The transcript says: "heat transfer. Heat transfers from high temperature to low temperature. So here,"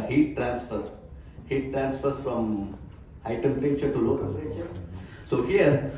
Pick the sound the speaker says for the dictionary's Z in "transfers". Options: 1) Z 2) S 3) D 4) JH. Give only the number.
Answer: 2